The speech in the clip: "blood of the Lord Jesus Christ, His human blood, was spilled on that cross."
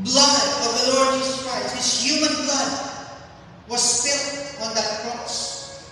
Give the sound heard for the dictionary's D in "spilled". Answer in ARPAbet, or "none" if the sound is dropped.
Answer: none